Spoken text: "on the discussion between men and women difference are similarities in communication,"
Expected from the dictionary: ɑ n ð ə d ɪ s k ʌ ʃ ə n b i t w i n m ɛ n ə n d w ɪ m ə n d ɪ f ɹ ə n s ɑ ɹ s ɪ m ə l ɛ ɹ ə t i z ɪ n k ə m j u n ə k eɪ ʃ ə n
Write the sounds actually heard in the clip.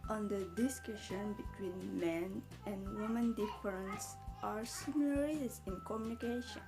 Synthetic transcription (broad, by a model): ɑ n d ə d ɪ s k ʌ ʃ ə n b i t w i n m ɛ n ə n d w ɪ m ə n d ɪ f ɹ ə n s ɑ ɹ s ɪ m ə l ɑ ɹ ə s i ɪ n k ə m j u n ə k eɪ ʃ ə n